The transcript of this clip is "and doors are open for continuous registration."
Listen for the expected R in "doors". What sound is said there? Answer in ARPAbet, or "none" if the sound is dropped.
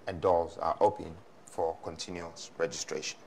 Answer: L